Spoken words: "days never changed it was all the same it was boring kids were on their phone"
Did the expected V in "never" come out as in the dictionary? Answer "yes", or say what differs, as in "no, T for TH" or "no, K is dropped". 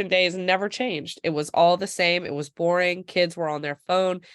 yes